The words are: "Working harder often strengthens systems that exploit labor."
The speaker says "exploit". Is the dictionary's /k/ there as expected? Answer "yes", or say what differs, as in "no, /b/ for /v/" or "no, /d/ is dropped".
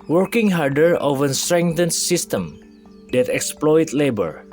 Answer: yes